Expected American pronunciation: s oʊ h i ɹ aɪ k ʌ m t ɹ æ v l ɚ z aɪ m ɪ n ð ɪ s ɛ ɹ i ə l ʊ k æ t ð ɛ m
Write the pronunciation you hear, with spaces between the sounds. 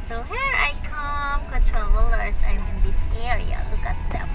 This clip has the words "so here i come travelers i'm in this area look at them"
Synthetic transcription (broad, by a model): s oʊ h i ɹ aɪ k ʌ m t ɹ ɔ l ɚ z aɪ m ɪ n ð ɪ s ɛ ɹ i ə l ʊ k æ t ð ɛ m